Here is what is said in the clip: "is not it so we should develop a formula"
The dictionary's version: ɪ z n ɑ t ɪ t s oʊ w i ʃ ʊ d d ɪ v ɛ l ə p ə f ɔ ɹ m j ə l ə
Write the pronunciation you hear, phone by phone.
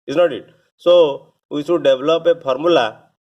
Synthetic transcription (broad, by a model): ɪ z n ɑ t ɪ t s oʊ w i s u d d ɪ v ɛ l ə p ə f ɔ ɹ m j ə l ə